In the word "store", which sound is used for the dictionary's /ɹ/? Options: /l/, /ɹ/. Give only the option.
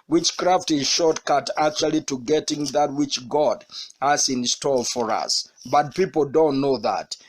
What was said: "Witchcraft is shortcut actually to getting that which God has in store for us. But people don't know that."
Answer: /l/